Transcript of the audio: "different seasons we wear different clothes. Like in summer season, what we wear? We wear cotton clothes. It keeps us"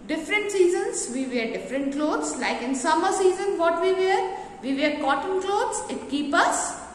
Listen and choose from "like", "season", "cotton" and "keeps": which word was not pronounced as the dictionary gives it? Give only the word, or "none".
keeps